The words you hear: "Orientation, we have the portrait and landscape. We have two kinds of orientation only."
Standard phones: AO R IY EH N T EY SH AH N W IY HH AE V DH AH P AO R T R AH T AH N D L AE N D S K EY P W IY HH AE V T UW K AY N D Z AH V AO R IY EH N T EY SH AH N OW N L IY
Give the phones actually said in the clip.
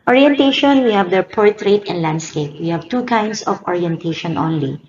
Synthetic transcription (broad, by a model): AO R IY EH N T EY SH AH N W IY HH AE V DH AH P AO R T R AH T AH N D L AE N D S K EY P W IY HH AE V T UW K AY N D S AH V AO R IY EH N T EY SH AH N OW N L IY